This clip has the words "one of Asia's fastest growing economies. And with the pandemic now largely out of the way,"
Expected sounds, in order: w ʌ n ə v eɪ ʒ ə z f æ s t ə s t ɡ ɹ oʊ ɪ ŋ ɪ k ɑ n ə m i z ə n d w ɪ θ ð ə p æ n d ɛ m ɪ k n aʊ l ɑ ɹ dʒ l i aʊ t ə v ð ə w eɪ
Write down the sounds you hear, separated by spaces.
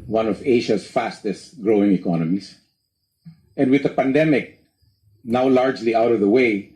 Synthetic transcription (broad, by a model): w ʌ n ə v eɪ ʃ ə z f æ s t ə s t ɡ ɹ oʊ ɪ ŋ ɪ k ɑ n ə m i s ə n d w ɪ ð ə p æ n d ɛ m ɪ k n aʊ l ɑ ɹ dʒ l i aʊ t ə v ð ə w eɪ